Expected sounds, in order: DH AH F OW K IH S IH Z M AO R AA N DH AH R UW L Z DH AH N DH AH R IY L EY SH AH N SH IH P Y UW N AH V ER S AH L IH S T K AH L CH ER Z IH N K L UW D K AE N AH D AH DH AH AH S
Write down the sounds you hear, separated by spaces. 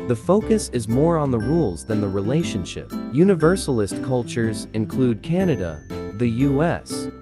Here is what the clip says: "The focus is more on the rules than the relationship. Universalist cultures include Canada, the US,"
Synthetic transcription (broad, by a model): DH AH F OW K IH S IH Z M AO R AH N DH AH R UW L Z DH AH N DH AH R IY L EY SH AH N SH IH P Y UW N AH V ER S L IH S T K AH L CH ER Z IH N K L UW D K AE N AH D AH DH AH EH S